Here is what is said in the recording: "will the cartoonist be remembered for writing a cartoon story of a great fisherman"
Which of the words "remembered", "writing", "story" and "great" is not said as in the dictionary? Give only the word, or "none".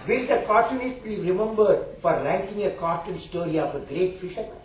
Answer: writing